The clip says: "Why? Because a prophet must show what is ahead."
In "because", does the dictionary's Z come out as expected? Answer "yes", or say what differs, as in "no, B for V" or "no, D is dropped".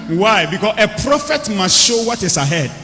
no, S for Z